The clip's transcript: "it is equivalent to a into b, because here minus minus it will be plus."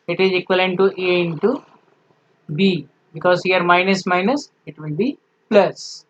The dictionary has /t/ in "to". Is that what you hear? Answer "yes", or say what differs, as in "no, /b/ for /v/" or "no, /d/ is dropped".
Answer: yes